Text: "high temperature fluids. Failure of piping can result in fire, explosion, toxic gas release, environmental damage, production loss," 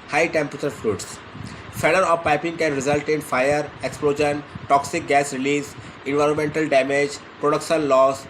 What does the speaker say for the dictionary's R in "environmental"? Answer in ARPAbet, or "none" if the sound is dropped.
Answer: R